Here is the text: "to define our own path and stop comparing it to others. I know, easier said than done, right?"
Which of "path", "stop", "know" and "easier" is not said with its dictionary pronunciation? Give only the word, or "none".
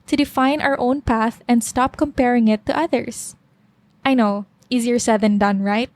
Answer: none